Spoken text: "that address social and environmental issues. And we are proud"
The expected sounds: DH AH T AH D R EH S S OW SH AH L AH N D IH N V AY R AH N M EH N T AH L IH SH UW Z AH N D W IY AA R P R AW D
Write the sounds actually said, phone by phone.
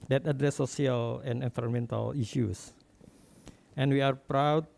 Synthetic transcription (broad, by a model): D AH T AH D R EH S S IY AH L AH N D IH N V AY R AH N M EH N T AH L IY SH UW S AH N W IY AA R P R AW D